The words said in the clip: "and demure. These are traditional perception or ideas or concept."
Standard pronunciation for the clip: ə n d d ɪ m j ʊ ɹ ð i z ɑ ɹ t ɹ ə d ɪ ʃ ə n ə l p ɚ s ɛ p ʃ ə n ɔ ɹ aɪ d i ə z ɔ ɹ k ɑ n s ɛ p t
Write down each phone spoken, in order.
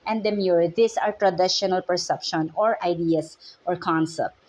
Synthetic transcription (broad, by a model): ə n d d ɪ m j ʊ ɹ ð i s ɑ ɹ t ɹ ə d ɪ ʃ ə n ə l p ɚ s ɛ p ʃ ə n ɔ ɹ aɪ d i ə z ɔ ɹ k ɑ n s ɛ p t